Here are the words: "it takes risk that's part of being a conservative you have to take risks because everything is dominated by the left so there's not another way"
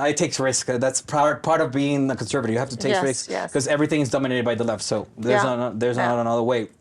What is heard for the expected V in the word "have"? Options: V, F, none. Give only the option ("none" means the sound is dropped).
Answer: F